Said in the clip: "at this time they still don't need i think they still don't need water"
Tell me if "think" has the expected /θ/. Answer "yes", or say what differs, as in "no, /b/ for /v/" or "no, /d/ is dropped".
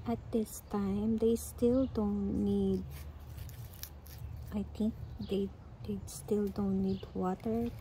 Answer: no, /t/ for /θ/